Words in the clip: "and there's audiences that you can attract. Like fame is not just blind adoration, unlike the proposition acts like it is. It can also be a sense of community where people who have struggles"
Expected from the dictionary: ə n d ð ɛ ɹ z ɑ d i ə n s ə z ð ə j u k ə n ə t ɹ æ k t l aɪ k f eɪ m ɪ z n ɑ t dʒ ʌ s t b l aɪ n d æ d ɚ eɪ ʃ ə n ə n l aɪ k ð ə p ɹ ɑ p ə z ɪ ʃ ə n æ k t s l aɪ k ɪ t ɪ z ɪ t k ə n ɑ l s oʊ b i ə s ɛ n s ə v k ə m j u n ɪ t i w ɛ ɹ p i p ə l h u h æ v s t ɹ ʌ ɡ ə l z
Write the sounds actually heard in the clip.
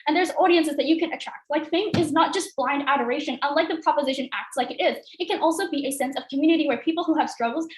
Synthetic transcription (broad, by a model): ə n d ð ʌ ɹ z ɑ d i ə n s ə z ð ə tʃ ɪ k ə n ə t ɹ æ k t l aɪ k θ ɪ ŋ ɪ z n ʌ t dʒ ʌ s t b l aɪ n d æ d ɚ eɪ ʃ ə n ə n l aɪ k ð ə p ɹ ɑ p ə z ɪ ʃ ə n æ k t s l aɪ k ɪ t ɪ z ɪ t k ə n ɑ l s oʊ b i ə s ɛ n s ə v k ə m j u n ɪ t i w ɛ ɹ p i p l h u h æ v s t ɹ ʌ ɡ l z